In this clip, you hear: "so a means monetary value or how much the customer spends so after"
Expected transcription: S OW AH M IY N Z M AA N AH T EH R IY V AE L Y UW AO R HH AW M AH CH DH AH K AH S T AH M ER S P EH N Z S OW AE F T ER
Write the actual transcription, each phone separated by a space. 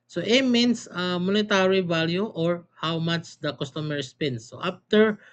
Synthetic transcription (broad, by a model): S OW AH M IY N S M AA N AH T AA R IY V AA L Y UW AO R HH AW M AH CH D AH K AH S T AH M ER S P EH N S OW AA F T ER